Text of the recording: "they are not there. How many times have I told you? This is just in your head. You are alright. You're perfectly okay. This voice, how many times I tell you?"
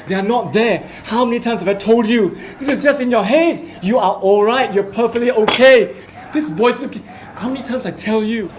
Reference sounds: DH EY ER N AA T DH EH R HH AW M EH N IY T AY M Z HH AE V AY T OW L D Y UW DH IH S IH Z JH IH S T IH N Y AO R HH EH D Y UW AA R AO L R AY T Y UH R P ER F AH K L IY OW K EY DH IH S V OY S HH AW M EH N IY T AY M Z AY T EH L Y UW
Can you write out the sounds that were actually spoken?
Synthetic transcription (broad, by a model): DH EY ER N AA T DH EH HH AW M EH N IY T AY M S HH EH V AY T OW L D Y UW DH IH S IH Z JH IH S T IH N Y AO HH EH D Y UW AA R AO L R AY T Y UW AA P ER F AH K L IY OW K EY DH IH S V OY S HH AW M EH N IY T AY M S AY T EH L Y UW